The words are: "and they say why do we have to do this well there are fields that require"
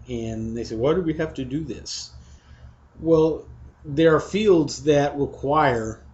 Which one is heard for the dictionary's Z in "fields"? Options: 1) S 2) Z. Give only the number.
2